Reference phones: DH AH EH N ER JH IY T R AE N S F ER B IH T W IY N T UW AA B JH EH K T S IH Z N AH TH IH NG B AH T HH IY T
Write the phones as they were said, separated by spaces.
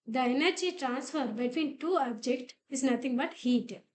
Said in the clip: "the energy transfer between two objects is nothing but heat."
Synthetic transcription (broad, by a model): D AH EH N ER JH IY T R AE N S F ER B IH T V IY N T UW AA B JH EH K T IH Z N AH T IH NG B AH T HH IY T